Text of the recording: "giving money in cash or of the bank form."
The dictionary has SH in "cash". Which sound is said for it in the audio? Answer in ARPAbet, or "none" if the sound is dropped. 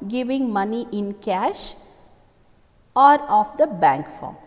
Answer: SH